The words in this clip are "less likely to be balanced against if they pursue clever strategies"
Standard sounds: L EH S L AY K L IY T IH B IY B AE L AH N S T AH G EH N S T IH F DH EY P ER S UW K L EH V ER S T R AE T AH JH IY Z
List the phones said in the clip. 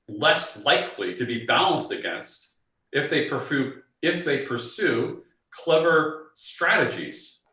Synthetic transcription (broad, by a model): L EH S L AY K L IY T IH B IY B AE L AH N S T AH G EH N S T IH F DH EY P ER S UW K L EH V ER S T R AE T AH JH IY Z